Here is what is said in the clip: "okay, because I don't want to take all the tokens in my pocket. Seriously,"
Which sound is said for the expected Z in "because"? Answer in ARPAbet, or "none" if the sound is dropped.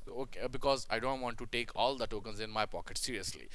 Z